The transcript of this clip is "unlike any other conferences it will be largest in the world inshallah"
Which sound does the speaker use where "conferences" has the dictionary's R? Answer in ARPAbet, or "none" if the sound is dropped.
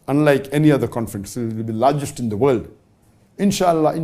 none